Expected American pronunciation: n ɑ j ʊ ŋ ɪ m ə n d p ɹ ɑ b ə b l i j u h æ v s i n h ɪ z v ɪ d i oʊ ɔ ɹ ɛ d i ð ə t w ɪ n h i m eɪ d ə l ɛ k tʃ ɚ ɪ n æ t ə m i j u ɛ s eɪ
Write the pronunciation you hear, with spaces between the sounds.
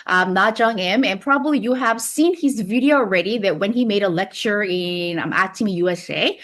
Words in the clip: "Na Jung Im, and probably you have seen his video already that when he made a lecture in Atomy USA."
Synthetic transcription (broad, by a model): n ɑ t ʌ ŋ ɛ m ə n p ɹ ɑ b ə b l i j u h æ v s i n h ɪ z v ɪ d i oʊ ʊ ɹ ɛ d i ð ə t w ɪ n i m eɪ d ə l ɛ k tʃ ɚ ɪ n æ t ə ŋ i j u ɛ s eɪ